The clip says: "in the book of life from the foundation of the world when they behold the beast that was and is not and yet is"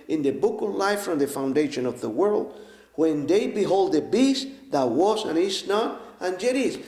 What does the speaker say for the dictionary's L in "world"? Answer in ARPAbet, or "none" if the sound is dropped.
L